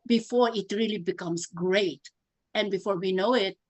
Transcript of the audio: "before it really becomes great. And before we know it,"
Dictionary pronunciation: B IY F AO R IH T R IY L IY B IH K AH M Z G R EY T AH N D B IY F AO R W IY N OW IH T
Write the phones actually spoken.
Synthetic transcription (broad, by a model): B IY F AO R IH T R IY L IY B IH K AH M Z G R EY T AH N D B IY F AO R W IY N OW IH T